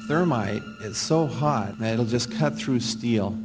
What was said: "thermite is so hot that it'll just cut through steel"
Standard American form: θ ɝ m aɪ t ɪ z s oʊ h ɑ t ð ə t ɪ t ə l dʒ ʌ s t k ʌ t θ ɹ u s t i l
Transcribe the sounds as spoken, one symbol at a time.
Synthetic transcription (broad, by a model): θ ɝ m aɪ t ɪ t s oʊ h ɑ t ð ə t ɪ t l dʒ ʌ s k ʌ t θ ɹ u s t i l